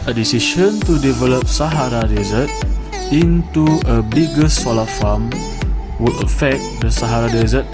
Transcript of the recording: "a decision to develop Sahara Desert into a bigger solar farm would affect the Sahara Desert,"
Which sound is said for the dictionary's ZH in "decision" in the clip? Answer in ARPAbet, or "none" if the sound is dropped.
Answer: SH